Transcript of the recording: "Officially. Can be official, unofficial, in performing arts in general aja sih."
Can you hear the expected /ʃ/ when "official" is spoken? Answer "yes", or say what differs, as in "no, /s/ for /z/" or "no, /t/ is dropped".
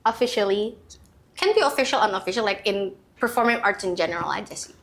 yes